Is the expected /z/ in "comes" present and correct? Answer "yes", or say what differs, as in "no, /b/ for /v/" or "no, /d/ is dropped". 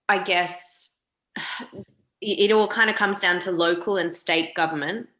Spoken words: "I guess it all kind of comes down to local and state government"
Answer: yes